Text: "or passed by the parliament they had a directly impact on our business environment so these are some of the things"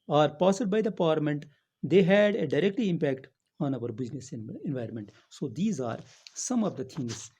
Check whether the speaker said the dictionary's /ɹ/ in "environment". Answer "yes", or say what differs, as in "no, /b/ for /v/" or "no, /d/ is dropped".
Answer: yes